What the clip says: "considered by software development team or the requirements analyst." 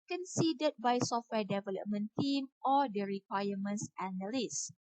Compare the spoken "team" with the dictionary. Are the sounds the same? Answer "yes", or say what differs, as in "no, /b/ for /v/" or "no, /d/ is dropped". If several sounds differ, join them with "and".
yes